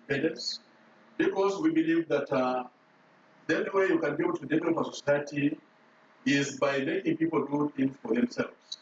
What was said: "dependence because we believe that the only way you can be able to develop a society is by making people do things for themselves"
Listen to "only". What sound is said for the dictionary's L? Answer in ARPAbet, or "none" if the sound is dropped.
none